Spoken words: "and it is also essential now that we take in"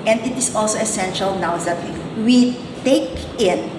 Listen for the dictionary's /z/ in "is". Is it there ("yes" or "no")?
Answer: no